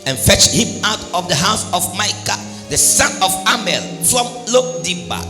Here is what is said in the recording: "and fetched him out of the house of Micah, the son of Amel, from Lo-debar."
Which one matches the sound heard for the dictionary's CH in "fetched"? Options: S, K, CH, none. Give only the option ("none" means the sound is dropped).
CH